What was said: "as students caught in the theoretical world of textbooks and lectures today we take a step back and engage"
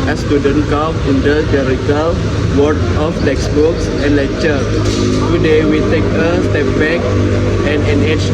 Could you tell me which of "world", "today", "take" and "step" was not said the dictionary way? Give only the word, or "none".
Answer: world